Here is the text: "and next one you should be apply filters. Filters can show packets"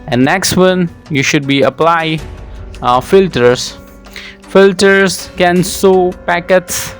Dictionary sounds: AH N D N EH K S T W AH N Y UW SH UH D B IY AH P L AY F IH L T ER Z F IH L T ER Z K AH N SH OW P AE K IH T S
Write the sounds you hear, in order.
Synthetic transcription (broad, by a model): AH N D N EH K S T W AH N Y UW SH UH D B IY AH P L AY F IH L T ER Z F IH L T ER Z K AH N S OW P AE K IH T S